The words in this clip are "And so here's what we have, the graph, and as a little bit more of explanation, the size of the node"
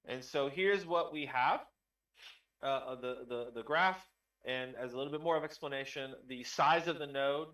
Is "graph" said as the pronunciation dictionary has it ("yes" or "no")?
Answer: yes